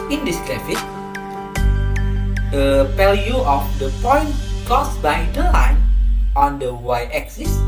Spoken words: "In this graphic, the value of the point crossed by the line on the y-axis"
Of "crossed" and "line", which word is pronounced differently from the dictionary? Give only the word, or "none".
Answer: crossed